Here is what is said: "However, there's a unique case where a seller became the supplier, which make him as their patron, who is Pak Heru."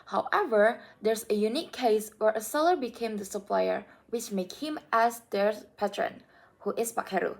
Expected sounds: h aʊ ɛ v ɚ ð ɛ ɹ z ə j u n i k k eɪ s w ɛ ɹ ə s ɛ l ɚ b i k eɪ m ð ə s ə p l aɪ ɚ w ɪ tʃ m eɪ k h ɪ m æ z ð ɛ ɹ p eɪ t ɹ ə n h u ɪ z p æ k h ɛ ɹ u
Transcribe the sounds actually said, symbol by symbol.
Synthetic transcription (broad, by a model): h aʊ ɛ v ɚ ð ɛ ɹ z ə j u n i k k eɪ s w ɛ ɹ ə s ɛ l ɚ b i k eɪ m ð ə s ə p l aɪ ɚ w ɪ tʃ m eɪ k h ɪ m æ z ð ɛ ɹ p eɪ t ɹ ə n h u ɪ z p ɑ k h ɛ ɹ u